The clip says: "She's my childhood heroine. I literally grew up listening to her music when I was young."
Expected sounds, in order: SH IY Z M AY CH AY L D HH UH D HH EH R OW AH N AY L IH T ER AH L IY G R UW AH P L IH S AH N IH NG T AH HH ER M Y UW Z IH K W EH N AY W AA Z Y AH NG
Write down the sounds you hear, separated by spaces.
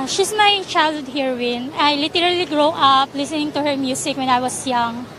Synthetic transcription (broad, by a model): SH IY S M AY CH AY L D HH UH D HH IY R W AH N AY L IH T ER AH L IY G R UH AH P L IH S AH N IH NG T AH HH ER M Y UW S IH K W EH N AY W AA S Y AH NG